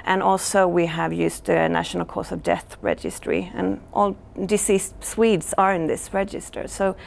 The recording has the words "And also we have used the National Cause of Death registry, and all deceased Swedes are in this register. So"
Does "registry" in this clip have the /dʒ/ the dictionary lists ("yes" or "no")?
yes